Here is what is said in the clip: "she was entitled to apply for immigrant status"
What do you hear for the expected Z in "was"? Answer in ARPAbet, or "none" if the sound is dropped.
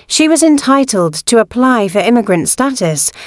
Z